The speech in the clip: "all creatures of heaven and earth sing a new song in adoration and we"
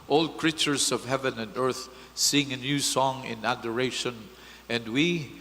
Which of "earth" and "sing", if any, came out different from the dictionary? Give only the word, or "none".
none